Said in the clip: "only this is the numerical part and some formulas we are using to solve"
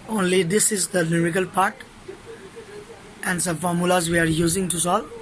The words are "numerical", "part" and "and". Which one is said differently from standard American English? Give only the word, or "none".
numerical